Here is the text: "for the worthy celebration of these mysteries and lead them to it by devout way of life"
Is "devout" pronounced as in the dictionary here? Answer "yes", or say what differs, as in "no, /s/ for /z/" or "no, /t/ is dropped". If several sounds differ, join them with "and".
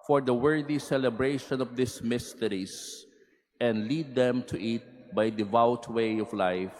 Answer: yes